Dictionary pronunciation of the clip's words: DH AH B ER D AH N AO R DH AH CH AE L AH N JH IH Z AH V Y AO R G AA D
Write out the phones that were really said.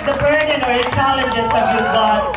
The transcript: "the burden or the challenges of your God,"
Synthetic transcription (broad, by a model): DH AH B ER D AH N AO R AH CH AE L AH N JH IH S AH B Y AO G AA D